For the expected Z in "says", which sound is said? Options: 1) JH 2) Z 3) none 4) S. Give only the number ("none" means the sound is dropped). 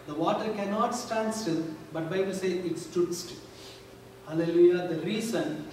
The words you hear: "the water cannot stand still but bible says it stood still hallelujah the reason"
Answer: 3